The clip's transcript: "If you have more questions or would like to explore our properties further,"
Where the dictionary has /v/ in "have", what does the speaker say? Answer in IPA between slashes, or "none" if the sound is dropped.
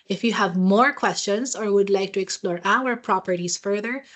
/v/